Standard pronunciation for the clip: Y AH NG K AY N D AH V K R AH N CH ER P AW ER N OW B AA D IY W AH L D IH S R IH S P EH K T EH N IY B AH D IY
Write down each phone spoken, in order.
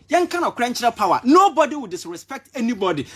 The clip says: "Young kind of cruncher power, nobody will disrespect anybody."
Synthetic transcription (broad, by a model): Y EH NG K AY N AH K R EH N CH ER P AW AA N OW B AA D IY W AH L D IH S R IH S P EH K T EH N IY B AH D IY